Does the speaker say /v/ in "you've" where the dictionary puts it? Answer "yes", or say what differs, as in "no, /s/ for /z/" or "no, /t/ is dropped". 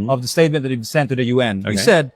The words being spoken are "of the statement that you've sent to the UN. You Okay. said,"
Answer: no, /b/ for /v/